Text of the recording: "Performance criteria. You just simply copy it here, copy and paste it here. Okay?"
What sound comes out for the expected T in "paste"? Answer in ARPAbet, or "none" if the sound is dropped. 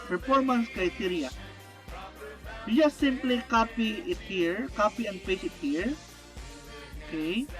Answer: none